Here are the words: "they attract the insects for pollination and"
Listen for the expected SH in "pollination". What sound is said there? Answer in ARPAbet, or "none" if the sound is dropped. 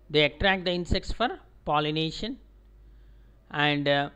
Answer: SH